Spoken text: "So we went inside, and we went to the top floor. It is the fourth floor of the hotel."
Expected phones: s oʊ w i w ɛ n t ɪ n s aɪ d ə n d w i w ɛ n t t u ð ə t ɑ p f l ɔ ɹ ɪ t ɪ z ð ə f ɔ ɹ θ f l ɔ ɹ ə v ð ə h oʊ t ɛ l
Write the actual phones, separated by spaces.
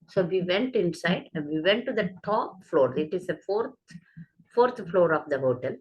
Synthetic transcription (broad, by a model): s oʊ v i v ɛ n t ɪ n s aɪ ə d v i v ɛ n t t u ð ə t ɑ p f l ɔ ɹ ɪ t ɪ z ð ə f ɔ ɹ t f l ɔ ɹ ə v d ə h oʊ t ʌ l